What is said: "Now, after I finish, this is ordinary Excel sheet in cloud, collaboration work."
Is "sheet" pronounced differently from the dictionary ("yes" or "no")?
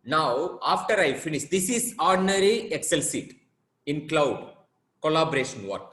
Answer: yes